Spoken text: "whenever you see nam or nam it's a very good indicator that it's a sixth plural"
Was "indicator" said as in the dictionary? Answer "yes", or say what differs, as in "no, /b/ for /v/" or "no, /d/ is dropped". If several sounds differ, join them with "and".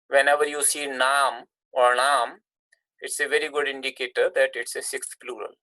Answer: yes